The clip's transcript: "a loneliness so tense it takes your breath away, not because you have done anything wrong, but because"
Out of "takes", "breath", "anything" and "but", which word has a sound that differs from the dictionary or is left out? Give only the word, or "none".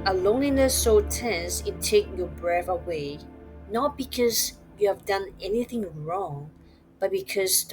takes